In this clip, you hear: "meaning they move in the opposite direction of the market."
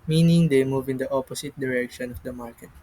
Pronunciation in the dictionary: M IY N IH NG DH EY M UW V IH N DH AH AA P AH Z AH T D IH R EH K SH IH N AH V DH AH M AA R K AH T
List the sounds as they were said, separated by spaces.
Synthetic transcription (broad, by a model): M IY N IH NG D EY M UW V IH N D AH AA P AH S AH T D IH R EH K SH IH N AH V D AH M AA R K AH T